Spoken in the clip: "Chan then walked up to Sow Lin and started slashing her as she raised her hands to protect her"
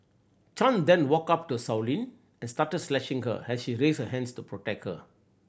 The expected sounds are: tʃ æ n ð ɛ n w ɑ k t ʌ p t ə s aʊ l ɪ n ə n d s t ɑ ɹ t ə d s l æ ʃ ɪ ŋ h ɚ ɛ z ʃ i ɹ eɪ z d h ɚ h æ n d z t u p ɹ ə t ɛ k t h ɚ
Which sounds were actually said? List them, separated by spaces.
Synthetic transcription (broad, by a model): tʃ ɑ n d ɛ n w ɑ k ʌ p t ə s aʊ l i n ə n s t ɑ t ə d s l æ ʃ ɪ ŋ h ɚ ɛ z ʃ i ɹ eɪ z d h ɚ h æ n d s t u p ɹ ə t ɛ k t h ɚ